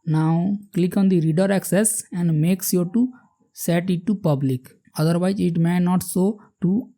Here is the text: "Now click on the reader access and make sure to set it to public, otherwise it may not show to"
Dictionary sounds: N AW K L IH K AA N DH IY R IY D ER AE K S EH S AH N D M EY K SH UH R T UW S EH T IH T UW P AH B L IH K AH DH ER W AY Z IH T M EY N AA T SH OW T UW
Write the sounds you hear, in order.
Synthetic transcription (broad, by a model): N AW K L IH K AA N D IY R IY D ER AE K S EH S AH N D M EY K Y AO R T UW S EH T IH T UW P AH B L IH K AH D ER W AY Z IH T M EY N AA T S OW T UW